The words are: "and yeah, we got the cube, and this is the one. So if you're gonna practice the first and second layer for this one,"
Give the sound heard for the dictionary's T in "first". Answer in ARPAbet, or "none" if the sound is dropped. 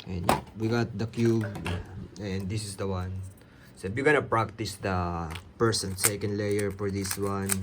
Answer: none